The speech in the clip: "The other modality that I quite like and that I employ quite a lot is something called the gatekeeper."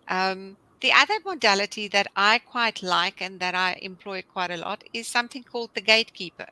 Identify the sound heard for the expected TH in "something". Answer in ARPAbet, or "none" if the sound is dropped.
TH